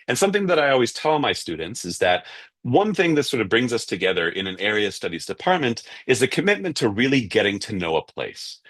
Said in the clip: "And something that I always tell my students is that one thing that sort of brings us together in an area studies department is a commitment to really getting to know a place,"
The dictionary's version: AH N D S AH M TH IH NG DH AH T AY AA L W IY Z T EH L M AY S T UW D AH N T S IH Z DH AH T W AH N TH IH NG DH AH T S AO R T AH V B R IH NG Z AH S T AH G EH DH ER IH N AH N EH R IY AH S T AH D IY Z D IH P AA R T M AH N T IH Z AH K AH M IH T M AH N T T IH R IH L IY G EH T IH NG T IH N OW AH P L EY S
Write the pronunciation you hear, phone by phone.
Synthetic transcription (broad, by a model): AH N S AH M TH IH NG DH AH T AY AA L W IY Z T EH L M AY S T UW D N T S IH Z DH AH T W AH N TH IH NG DH AH T S AO R T AH V B R IH NG Z AH S T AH G EH DH ER IH N AH N EH R IY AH S T AH D IY Z D IH P AA R T M AH N T IH Z AH K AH M IH T M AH N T T IH R IH L IY G EH T IH NG T IH N OW AH P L EY S